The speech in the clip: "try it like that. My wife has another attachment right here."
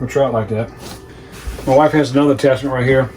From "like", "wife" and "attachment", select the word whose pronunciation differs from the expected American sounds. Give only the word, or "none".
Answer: attachment